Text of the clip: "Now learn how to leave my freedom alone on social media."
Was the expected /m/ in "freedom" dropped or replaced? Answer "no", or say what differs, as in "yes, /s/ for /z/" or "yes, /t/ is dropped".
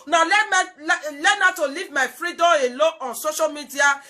yes, /m/ is dropped